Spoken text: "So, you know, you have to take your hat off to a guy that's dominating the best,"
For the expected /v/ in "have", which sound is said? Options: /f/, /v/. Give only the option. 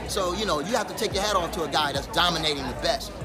/f/